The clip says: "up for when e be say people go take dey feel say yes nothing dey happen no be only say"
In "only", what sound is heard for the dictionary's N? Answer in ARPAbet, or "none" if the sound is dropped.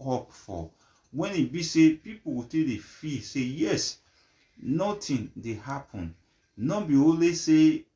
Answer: none